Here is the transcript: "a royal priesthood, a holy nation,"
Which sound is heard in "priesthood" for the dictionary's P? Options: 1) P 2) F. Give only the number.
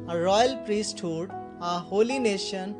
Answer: 1